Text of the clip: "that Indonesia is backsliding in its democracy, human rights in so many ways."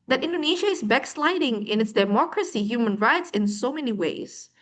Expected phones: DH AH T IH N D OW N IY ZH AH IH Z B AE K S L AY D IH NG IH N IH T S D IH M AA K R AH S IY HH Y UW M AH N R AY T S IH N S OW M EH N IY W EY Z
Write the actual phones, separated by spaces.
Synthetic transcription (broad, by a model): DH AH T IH N D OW N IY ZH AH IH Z B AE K S L AY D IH NG IH N IH T S D IH M AA K R AH S IY HH Y UW M AH N R AY T S IH N S OW M EH N IY W EY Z